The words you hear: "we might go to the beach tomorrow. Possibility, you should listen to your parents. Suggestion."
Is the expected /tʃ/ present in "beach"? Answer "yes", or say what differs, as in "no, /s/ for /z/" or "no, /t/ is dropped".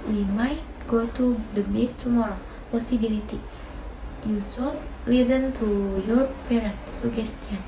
no, /s/ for /tʃ/